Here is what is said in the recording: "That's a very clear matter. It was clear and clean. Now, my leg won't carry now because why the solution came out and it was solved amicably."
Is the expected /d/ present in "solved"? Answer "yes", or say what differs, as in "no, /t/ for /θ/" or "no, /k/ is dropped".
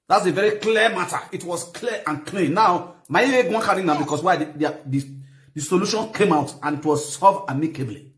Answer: no, /d/ is dropped